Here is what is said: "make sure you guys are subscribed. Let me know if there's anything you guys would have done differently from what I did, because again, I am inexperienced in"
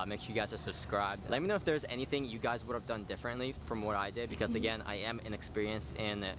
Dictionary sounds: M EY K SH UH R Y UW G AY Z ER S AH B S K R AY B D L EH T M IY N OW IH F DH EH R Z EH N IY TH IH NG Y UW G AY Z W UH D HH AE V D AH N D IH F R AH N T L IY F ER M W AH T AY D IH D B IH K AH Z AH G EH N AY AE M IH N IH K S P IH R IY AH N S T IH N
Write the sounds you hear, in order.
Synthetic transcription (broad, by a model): M EY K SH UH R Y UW G AY Z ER S AH B S K R AY B D L EH T M IY N OW IH F DH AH R Z EH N IY TH IH NG Y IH G AY Z W UH D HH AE V D AH N D IH F R AH N T L IY F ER M W AH T AY D IH D B IH K AH Z AH G EH N AY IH M IH N IH K S P IH R IY AH N S T IH N